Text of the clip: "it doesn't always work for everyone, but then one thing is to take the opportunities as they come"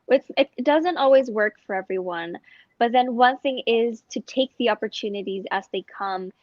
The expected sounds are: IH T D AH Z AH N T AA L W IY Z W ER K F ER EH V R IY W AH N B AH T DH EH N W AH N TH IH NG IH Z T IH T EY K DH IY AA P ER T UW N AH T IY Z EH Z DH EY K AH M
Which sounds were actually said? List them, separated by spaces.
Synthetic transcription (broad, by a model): IH T D AH Z AH N T AA L W IY Z W ER K F ER EH V R IY W AH N B AH T DH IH N W AH N TH IH NG IH Z T IH T EY K DH IY AA P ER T UW N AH T IY Z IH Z DH EY K AH M